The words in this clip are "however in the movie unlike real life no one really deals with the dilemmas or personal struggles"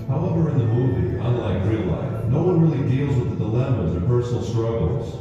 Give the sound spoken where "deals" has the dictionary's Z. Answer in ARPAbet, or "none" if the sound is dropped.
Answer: Z